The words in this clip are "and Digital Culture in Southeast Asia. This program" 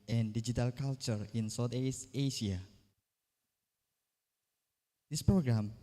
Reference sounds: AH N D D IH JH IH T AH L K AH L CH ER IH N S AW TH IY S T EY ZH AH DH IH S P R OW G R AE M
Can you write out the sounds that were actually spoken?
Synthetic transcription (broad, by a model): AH N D D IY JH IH T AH L K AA L CH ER IH N S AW T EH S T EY SH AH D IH S P R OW G R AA M